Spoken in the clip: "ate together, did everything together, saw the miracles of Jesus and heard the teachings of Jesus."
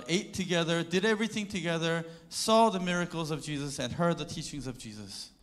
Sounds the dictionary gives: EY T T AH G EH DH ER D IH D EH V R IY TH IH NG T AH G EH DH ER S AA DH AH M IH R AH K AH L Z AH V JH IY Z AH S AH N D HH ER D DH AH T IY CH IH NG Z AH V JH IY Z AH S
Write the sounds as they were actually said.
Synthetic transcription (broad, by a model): EY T T AH G EH DH ER D IH D EH V R IY TH IH NG T AH G EH DH ER S AA DH AH M IH R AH K L Z AH V JH IY Z AH S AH N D HH ER D DH AH T IY CH IH NG Z AH V JH IY Z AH S